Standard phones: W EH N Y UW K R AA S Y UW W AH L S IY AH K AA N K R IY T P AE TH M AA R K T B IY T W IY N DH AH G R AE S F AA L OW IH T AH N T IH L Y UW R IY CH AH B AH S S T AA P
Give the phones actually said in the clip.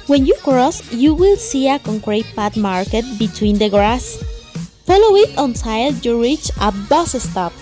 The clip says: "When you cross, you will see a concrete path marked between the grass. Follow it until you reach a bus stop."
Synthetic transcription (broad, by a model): W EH N Y UW K R AA S Y UW W AH L S IY AH K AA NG K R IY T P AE T M AA R K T B IY T W IY N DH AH G R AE S F AA L OW IH T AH N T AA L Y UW R IY CH AH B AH S S T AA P